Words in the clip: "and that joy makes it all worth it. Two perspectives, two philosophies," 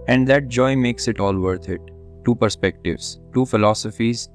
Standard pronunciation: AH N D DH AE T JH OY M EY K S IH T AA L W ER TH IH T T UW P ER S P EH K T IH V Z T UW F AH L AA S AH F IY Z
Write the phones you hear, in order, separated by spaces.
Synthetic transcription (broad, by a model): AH N D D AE T JH OY M EY K S IH T AA L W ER T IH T T UW P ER S P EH K T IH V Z T UW F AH L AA S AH F IY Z